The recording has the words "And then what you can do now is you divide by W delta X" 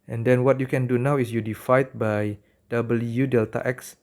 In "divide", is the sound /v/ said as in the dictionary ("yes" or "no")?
no